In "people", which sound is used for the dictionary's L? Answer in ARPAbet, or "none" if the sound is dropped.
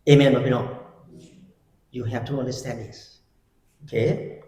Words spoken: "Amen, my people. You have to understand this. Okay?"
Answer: N